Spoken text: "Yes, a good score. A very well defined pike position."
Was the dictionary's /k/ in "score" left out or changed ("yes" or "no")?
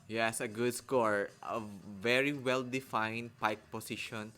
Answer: no